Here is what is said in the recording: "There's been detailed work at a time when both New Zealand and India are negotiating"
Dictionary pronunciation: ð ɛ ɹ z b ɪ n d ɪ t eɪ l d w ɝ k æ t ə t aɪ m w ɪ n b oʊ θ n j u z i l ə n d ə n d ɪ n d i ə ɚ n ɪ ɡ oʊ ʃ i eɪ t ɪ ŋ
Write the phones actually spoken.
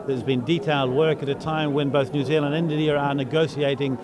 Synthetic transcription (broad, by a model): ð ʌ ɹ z b ɪ n d ɪ t eɪ l d w ɝ k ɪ t ə t aɪ m w ɪ n b oʊ θ n j u z i l ə n d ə n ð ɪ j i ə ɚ n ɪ ɡ oʊ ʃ i eɪ t ɪ ŋ